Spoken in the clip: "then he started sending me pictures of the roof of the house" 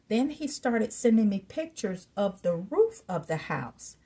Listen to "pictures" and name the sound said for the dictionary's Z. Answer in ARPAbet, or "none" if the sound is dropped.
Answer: Z